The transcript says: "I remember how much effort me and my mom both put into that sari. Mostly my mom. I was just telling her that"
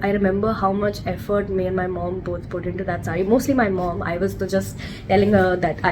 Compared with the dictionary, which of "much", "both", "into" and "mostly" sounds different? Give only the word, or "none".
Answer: both